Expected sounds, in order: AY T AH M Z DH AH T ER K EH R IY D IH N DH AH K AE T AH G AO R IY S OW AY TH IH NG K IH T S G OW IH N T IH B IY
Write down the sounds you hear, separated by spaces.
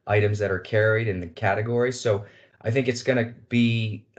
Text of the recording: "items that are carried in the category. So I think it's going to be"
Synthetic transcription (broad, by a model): AY T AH M Z DH AH T ER K EH R IY D IH N DH AH K AE T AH G AO R IY S OW AY TH IH NG K IH T S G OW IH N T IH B IY